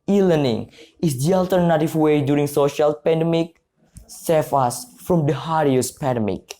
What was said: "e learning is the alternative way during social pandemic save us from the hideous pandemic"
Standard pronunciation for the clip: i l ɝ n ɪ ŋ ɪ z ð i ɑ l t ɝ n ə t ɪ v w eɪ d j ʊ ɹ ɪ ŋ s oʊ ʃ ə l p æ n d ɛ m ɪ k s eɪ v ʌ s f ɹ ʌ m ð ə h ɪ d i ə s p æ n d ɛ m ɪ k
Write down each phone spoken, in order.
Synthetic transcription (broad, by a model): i l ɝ n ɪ ŋ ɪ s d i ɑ l t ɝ n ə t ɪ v w eɪ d j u ɹ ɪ ŋ s oʊ ʃ ə l p æ n d ɛ m ɪ k s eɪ f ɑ s f ɹ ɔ m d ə h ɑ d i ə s p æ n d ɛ m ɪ k